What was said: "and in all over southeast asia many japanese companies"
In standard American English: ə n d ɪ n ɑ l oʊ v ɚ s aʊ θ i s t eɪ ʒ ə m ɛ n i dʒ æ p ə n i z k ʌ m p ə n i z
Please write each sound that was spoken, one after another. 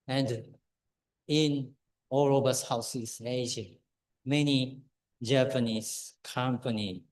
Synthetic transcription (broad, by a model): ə n d ɪ n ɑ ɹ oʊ b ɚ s aʊ s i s eɪ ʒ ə m ɛ n i dʒ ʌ p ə n i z k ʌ m p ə n i